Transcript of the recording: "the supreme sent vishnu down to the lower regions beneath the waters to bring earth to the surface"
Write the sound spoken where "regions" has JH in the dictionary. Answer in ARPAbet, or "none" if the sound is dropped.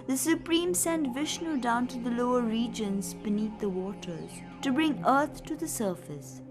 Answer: JH